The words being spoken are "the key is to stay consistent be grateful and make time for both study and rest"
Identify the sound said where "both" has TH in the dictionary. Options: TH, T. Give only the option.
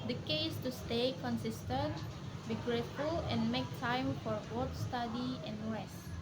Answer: T